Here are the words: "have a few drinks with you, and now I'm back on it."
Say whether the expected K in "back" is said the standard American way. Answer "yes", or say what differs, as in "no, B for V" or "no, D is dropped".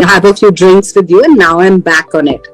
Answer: yes